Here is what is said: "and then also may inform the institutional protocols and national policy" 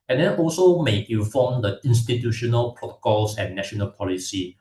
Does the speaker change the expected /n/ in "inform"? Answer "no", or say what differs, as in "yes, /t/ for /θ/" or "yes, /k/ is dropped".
yes, /n/ is dropped